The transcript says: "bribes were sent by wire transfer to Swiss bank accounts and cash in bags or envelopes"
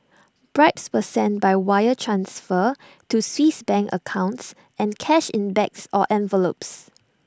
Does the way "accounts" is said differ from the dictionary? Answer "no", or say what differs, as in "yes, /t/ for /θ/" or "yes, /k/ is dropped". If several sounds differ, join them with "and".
no